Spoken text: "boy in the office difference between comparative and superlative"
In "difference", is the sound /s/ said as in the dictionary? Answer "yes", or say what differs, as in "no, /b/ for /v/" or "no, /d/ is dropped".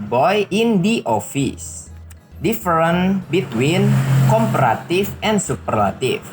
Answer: no, /s/ is dropped